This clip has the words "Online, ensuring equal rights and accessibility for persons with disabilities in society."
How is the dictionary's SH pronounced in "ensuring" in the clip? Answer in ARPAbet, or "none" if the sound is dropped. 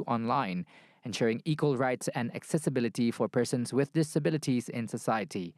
SH